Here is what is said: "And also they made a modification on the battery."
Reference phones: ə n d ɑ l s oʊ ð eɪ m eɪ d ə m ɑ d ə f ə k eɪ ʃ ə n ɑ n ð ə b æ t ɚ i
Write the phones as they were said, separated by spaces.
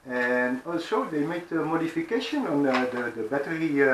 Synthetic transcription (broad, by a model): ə n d ɑ l s oʊ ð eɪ m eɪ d ə m ɑ d ə f ə k eɪ ʃ ə n ɑ n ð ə b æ t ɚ i